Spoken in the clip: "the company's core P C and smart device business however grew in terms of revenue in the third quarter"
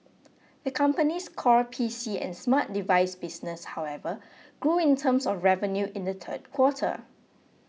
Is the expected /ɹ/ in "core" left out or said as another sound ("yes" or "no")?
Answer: no